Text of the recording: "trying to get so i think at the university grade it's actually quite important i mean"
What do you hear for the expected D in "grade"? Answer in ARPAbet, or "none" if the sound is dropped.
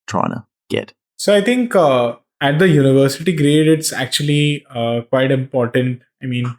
D